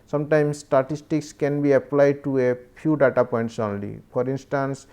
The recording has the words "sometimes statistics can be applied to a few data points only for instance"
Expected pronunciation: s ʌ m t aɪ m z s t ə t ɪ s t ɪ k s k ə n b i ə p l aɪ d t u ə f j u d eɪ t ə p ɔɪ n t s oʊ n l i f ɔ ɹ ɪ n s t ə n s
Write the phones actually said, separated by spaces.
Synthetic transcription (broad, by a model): s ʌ m t aɪ m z s t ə t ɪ s t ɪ k s k ə n b i ə p l aɪ d t u ə p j u d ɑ t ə p ɔɪ n t s oʊ n l i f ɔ ɹ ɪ n s t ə n s